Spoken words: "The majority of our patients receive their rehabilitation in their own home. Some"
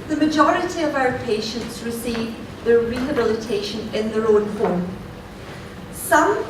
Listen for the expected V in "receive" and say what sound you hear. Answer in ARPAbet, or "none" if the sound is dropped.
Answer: V